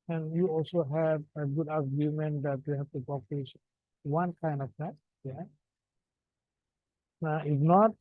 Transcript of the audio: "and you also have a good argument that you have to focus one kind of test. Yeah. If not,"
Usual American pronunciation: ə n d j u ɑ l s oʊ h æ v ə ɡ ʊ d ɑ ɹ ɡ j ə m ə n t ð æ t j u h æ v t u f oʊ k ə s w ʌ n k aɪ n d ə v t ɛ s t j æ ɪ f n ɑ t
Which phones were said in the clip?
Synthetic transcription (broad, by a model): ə n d j u ɑ l s oʊ h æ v ə ɡ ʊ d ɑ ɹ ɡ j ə m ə n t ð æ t j u h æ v t u p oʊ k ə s w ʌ n k aɪ n d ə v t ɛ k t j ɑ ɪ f n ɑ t